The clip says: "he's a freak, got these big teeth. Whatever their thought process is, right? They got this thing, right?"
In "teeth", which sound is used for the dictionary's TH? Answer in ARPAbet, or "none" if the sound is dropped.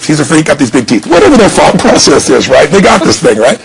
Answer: TH